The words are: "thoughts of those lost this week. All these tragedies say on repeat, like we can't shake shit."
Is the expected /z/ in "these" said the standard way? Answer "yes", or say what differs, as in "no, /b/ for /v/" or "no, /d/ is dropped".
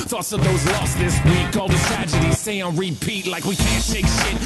no, /z/ is dropped